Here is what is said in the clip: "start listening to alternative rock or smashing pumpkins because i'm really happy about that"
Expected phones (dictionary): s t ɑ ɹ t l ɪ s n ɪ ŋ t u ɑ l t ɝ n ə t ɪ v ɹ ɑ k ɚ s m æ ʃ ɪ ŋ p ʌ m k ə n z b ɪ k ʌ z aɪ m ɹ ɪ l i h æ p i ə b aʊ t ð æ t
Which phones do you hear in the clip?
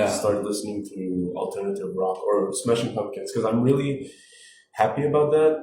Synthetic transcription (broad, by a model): s t ɑ ɹ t l ɪ s n ɪ ŋ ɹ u ɑ l t ɝ n ə t ɪ v ɹ ɑ k ɚ s m æ ʃ ɪ ŋ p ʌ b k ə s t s k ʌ z aɪ m ɹ ɪ l i h æ p i ə b aʊ t ð æ t